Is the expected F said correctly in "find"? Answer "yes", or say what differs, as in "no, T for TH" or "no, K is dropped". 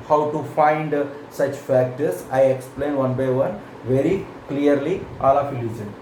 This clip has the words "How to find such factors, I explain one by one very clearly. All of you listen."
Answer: yes